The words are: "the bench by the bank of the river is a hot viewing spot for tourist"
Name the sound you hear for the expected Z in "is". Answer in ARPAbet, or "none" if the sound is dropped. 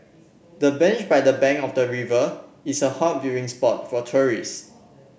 S